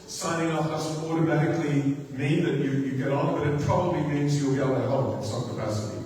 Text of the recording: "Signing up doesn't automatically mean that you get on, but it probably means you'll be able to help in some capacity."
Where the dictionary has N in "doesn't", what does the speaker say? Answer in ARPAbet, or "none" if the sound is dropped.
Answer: none